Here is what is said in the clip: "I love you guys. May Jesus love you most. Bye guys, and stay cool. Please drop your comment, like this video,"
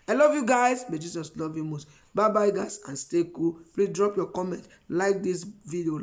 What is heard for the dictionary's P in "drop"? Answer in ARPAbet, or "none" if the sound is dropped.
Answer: P